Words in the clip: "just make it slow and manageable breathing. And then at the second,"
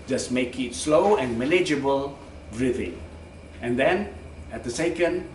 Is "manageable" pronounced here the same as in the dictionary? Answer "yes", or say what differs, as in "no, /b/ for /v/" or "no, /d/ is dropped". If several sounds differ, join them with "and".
no, /l/ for /n/